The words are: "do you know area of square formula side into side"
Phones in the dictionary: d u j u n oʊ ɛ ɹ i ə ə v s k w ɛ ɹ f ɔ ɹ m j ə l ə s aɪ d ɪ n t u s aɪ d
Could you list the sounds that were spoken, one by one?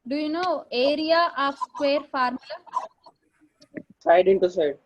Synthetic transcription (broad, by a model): d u j u n oʊ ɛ ɹ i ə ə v s k w ɛ ɹ f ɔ ɹ m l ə s aɪ d ɪ n t u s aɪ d